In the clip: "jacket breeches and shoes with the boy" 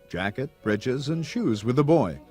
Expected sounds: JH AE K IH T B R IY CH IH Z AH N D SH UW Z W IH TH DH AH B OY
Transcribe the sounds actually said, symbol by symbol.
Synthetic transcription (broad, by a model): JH AE K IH T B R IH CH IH Z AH N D SH UW Z W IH DH AH B OY